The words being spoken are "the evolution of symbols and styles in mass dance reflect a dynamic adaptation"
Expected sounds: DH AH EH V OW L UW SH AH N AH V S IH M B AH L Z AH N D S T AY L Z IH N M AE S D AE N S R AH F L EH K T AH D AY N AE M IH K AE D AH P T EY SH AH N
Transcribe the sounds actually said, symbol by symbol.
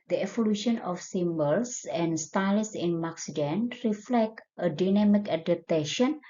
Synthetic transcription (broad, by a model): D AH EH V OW L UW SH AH N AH F S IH M B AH L S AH N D S T AY L S IH N M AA S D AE N R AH F L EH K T AH D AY N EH M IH K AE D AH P T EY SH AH N